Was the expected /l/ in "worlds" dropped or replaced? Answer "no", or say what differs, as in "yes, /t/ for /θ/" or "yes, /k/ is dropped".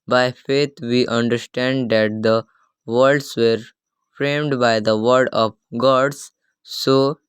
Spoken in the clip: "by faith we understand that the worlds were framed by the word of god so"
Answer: yes, /l/ is dropped